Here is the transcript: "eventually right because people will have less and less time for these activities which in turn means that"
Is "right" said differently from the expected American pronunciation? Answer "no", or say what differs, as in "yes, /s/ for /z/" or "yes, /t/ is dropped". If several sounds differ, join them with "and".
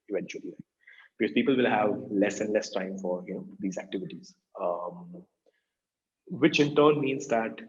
yes, /l/ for /ɹ/